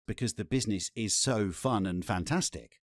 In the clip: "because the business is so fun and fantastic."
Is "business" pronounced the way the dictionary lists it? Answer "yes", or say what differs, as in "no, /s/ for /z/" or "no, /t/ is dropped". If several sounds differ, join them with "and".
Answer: yes